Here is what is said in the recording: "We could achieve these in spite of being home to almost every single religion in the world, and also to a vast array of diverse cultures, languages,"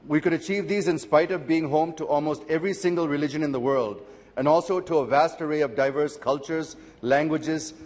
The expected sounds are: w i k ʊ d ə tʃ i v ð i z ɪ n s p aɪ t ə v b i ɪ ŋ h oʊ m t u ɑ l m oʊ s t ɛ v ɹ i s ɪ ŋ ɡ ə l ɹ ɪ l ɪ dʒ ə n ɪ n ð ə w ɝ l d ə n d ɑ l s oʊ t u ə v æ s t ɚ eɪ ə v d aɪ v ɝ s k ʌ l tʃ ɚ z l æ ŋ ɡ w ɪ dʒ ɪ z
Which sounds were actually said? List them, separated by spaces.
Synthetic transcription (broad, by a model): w i k ʊ d ə tʃ i v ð i z ɪ n s p aɪ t ə v b i ɪ ŋ h oʊ m t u ɑ l m oʊ s t ɛ v ɹ i s ɪ ŋ ɡ ə l ɹ ɪ l ɪ dʒ ə n ɪ n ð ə w ɝ l d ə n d ɑ l s oʊ t u ə v æ s t ɚ eɪ ə v d aɪ v ɝ s k ʌ l tʃ ɚ z l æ ŋ ɡ w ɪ dʒ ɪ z